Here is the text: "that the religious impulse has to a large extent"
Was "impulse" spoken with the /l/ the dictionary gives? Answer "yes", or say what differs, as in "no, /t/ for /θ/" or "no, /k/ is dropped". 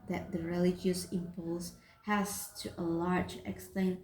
yes